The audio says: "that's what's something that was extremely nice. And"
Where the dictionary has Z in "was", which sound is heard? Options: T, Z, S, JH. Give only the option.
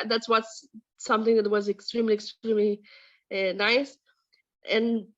Z